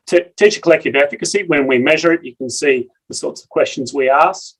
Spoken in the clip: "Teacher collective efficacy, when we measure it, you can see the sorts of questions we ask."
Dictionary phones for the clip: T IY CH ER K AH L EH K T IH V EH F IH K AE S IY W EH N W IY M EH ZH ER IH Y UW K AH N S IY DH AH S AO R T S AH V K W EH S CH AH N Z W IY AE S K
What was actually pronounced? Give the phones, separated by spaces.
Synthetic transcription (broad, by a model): T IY CH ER K AH L EH K T IH V EH F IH K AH S IY W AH N W IY M EH ZH ER IH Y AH K AH N S IY DH AH S AO R T S AH V K W EH S CH AH N Z W IY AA S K